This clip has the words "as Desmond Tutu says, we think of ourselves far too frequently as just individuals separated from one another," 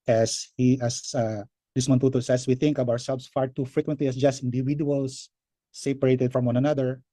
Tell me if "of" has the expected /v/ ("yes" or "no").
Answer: no